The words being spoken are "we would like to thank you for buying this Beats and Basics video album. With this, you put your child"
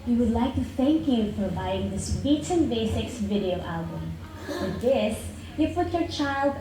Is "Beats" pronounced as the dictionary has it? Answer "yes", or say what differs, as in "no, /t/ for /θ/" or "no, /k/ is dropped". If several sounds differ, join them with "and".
no, /s/ is dropped